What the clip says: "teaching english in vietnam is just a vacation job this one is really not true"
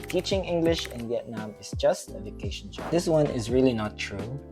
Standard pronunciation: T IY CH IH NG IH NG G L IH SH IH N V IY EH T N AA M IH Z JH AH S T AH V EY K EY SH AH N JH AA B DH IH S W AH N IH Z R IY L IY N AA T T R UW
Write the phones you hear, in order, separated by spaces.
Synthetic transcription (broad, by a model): T IY CH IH NG IH NG G L IH SH IH N V IY EH T N AA M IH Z JH AH S T AH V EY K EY SH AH N SH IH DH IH S W AH N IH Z R IY L IY N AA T T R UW